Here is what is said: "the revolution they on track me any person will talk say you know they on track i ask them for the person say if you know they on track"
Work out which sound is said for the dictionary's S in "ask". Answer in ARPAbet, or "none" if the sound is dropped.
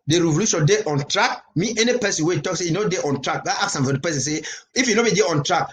none